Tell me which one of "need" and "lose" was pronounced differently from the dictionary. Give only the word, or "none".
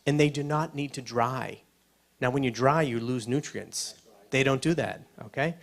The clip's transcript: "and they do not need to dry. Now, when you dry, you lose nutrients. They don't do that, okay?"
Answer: none